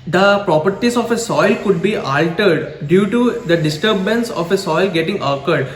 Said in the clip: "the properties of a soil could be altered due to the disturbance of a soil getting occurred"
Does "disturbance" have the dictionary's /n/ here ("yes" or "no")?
yes